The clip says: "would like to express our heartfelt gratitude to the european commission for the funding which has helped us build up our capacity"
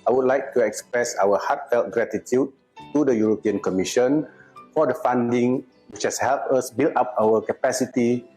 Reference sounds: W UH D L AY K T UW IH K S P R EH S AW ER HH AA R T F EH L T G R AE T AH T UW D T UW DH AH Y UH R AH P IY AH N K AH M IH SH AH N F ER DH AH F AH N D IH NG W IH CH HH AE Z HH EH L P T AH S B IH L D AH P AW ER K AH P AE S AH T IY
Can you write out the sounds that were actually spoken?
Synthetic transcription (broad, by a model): W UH D L AY K T UW IH K S P R EH S AW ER HH AA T F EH L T G R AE T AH T UW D T UW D AH Y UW R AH P IY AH N K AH M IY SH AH N F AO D AH F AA N D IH NG W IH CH HH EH S HH EH L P AH S B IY L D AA P AW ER K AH P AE S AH T IY